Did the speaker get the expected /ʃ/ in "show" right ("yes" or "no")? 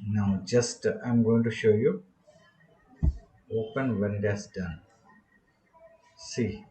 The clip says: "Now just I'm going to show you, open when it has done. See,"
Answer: yes